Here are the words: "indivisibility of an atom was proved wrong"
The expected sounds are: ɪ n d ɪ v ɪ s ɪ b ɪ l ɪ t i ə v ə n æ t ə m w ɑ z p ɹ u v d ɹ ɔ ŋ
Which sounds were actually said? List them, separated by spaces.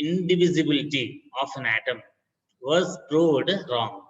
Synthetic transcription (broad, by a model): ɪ n d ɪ v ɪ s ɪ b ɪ l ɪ t i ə f ə n æ t ə m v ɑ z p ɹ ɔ d ɹ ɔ ŋ